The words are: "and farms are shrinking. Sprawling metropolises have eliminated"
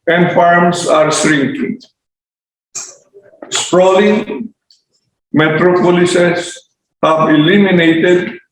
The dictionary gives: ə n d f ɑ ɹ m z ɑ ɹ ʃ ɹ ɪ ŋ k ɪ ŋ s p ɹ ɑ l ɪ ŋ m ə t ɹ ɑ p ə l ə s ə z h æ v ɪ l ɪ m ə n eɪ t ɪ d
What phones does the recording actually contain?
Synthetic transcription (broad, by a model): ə n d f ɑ ɹ m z ɑ ɹ s ɹ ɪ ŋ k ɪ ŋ s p ɹ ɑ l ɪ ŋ m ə t ɹ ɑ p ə l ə s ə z h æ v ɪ l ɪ m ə n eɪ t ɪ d